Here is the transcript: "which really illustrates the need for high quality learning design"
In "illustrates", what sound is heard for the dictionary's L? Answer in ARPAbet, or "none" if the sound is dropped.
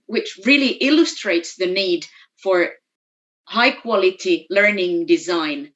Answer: L